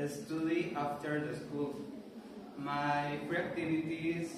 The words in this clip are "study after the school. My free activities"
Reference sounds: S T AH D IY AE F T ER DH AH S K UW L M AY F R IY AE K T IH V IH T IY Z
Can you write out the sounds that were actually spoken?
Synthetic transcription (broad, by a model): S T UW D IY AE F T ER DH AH S K UW L M AY P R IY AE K T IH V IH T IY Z